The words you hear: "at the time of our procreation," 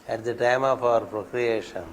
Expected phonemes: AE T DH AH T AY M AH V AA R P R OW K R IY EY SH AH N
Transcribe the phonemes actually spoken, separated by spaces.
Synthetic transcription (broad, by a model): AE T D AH T AY M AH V AA R P R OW K R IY EY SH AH N